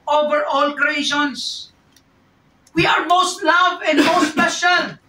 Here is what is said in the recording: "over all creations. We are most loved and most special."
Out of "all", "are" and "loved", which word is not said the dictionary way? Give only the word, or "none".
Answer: loved